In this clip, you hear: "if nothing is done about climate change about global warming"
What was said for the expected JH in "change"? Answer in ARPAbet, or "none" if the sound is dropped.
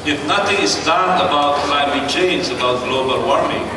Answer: Z